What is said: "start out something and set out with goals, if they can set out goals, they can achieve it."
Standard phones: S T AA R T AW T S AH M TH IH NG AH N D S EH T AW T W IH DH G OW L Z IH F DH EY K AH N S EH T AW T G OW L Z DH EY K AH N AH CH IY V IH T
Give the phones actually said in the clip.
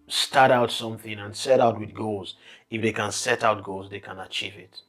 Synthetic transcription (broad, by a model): S T AA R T AW T S AH M TH IH NG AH N S EH T AW T W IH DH G OW L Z IH F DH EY K AH N S EH T AW T G OW L Z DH EY K AH N AH CH IY V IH T